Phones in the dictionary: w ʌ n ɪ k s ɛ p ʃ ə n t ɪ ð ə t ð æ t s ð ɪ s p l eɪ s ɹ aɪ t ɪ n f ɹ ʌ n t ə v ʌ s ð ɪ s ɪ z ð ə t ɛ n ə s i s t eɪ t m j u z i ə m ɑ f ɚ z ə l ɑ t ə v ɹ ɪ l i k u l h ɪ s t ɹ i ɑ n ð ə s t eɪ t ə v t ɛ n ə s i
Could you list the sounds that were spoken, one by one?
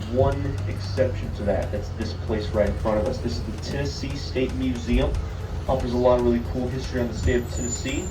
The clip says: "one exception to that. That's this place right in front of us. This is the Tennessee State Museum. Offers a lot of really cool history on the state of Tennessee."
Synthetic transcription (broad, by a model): w ʌ n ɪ k s ɛ p ʃ n t ɪ ð ə t ð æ t s ð ɪ s p l eɪ s ɹ aɪ t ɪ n f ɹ ʌ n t ə v ʌ s ð ɪ s ɪ z ð ə t ɛ n ə s i s t eɪ t m j u z i ə m ɑ f ɚ z ə l ɑ t ə v ɹ ɪ l i k u l h ɪ s t ɹ i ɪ n ð ə s t eɪ t ə v t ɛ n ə s i